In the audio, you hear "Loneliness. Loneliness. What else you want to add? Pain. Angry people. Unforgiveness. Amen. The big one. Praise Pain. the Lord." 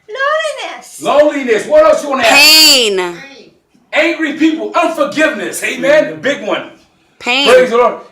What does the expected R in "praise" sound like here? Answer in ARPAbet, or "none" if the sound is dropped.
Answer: none